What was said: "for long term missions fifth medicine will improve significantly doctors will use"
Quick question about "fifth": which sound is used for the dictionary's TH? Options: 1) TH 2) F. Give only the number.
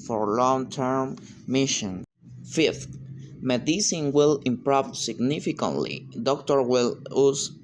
2